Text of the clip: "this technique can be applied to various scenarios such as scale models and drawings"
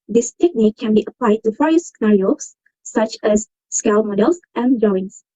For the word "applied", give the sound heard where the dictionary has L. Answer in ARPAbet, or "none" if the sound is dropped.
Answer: L